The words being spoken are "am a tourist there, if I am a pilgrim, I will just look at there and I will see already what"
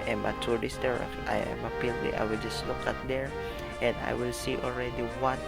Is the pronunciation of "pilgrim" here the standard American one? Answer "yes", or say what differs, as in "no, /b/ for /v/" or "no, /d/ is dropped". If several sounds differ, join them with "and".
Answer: no, /m/ is dropped